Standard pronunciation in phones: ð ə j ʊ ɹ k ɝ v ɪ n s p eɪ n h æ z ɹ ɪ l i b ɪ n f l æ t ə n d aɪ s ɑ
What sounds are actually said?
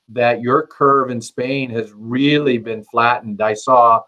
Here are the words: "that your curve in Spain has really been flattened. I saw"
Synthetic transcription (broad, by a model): ð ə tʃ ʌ ɹ k ɝ v ɪ n s p eɪ n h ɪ z ɹ ɪ l i b ɪ n f l æ t n d aɪ s ɑ